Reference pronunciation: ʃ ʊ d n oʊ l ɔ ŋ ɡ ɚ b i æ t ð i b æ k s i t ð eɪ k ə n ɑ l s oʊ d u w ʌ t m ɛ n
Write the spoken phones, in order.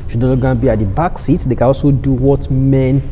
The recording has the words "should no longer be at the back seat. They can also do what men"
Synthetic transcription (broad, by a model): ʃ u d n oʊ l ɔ ɡ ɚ b i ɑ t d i b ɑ k s i t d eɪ k ə n ɑ l s oʊ d u w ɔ t m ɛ n